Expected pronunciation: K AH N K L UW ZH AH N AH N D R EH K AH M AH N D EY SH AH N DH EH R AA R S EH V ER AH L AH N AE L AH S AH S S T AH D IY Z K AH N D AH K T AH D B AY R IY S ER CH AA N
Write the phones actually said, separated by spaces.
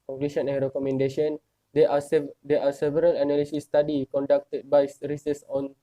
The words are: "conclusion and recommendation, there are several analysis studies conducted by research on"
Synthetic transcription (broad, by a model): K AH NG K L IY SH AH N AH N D R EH K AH M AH N D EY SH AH N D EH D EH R S EH V ER AH L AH N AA L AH S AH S S T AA D IY K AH N D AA K T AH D B AY R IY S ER S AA N